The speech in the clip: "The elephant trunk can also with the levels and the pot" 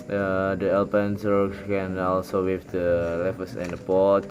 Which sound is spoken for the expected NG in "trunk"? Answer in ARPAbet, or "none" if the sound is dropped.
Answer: none